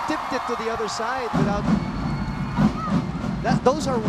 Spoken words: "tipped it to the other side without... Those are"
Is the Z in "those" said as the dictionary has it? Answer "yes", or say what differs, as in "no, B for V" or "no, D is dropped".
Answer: yes